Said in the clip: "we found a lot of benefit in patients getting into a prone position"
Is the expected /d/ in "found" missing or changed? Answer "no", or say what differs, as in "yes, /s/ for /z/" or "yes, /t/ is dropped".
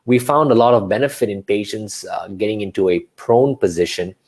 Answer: no